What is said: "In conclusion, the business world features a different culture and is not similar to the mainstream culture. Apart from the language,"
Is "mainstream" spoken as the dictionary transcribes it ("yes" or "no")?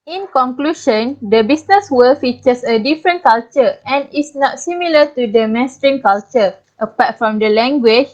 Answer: no